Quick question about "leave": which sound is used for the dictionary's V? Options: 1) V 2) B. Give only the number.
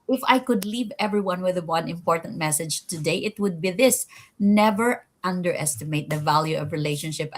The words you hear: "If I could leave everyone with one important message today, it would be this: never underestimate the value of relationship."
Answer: 1